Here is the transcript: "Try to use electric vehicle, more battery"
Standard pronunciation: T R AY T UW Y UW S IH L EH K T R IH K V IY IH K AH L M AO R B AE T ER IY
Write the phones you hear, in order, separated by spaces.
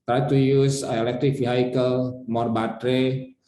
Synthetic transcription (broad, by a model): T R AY T UW Y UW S IH L EH K T R IH K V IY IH K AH L M AO R B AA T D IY